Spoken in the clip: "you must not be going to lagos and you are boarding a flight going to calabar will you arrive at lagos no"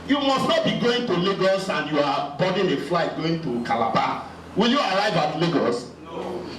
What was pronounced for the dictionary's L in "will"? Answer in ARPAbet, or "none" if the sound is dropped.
L